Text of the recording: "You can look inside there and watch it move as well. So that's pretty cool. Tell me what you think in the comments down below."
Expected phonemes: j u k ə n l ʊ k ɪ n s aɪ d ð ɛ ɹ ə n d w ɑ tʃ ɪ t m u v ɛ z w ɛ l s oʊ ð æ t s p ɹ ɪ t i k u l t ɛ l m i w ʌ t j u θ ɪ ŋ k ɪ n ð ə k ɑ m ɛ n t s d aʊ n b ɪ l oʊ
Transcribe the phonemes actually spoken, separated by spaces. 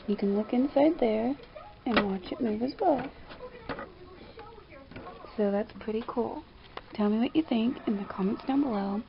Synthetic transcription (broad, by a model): j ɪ k ə n l ʊ k ɪ n s aɪ d ð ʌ ɹ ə n w ɑ tʃ ɪ t m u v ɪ z w ɛ l s oʊ ð æ t s p ɹ ɪ t i k u l t ɛ l m i w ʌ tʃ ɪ θ ɪ ŋ k ɪ n ð ə k ɑ m ɛ n t s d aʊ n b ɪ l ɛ